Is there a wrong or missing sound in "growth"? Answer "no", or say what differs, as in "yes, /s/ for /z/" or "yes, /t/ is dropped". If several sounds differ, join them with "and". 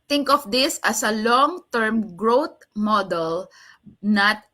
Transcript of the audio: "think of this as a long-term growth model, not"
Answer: yes, /t/ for /θ/